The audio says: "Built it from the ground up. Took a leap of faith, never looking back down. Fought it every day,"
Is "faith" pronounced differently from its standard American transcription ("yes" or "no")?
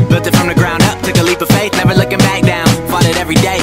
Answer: yes